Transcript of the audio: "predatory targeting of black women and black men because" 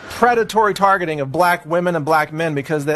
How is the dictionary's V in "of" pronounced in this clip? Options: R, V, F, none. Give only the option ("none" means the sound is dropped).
V